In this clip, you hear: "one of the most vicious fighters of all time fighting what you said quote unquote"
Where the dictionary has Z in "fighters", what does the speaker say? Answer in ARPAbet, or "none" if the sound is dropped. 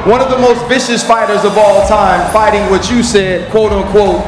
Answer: Z